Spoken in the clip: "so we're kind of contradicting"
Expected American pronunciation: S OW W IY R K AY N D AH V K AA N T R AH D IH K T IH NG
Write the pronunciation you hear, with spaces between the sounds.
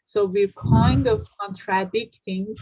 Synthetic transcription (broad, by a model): S OW W IY R K AY N D AH V K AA N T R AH D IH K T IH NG